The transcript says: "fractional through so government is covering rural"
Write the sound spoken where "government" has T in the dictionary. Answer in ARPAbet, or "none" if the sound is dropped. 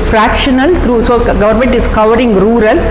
T